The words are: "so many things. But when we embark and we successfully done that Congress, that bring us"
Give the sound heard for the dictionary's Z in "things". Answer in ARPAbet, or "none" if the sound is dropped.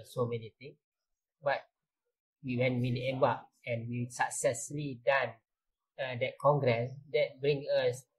none